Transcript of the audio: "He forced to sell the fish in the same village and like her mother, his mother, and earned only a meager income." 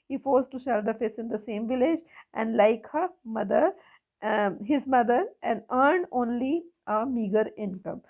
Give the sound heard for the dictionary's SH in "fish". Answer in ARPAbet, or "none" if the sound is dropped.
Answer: S